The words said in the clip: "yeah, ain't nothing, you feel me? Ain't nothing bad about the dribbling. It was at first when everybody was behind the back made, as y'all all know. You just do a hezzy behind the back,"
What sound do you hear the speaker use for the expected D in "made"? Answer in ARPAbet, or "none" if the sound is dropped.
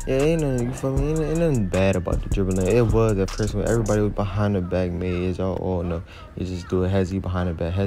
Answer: none